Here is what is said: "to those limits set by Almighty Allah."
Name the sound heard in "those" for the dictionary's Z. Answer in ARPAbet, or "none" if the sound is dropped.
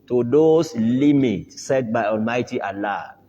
S